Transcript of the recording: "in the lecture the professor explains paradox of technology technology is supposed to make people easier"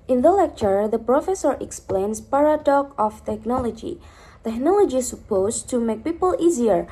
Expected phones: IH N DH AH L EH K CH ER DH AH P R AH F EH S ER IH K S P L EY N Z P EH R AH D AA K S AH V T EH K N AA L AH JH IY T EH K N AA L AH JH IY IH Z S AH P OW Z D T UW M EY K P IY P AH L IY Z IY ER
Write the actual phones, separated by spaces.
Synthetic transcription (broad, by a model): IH N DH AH L EH K CH ER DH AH P R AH F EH S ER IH K S P L EY N S P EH R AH D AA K AH F T EH K N AA L AH JH IY T EH K N AA L AH JH IY S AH P OW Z T UW M EY K P IY P AH L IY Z IY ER